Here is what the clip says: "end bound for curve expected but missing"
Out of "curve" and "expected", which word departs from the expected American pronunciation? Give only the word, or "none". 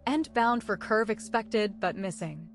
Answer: none